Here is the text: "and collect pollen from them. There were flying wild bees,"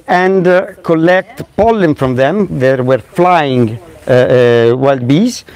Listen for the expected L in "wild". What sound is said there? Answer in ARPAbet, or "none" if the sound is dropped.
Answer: L